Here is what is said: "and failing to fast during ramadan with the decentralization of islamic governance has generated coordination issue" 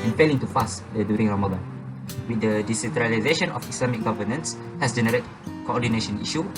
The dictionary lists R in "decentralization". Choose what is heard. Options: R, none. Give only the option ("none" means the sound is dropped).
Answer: R